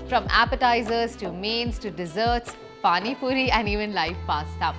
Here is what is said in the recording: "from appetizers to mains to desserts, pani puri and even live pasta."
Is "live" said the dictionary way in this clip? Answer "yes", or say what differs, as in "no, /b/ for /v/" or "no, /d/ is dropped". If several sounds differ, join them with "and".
no, /f/ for /v/